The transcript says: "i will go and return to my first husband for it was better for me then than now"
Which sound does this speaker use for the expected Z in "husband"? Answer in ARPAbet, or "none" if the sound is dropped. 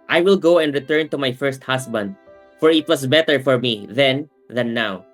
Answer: S